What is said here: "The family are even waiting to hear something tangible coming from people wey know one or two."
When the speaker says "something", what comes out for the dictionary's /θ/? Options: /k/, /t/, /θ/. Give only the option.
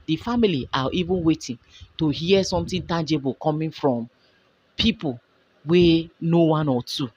/t/